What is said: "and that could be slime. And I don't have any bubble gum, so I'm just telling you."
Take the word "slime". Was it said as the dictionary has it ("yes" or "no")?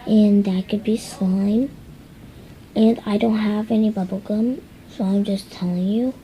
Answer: no